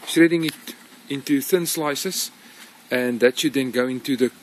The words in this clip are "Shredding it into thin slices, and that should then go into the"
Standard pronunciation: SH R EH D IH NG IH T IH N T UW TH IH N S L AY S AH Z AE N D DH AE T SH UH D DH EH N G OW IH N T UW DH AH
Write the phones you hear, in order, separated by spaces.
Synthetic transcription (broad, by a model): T R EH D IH NG IH T IH N T UW TH IH N S L AY S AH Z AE N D DH AE T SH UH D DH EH N G OW IH N T UW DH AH